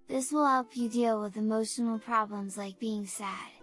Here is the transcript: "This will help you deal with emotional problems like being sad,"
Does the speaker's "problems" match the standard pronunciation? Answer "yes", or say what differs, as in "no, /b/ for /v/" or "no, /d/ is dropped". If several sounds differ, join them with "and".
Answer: yes